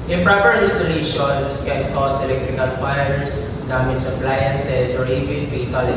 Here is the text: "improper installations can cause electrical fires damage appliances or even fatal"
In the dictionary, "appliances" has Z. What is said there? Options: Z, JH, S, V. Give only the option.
S